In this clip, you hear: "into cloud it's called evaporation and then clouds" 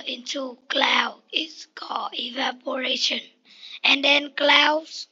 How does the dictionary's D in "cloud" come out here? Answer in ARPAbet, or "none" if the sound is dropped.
none